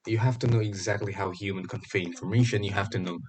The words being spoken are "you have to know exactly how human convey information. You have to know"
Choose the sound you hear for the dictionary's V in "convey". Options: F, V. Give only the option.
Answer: F